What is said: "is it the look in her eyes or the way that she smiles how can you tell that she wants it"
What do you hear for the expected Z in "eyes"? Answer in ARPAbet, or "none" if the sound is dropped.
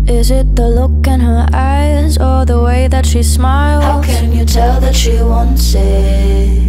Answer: Z